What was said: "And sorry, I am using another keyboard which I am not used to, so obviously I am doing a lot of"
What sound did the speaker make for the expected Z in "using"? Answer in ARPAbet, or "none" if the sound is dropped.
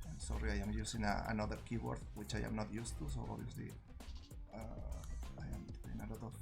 S